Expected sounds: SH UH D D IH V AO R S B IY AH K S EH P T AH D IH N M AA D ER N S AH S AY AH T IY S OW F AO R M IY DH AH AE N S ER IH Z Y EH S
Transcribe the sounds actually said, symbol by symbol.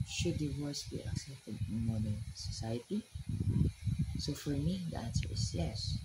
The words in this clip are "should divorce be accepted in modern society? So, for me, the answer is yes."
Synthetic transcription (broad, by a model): SH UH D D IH W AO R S B IY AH K S EH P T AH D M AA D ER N S AH S AY AH T IY S OW F AO R M IY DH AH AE N S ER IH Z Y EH S